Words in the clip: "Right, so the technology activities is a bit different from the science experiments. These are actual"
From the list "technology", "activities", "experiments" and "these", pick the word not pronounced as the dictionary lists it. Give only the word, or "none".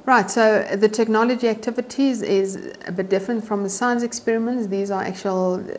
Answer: none